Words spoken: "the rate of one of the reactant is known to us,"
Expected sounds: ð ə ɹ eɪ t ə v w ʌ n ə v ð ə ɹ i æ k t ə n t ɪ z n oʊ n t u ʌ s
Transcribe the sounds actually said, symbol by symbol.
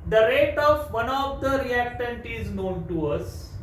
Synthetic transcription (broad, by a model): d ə ɹ eɪ t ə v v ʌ n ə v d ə ɹ i æ k t ə n t ɪ z n oʊ n t u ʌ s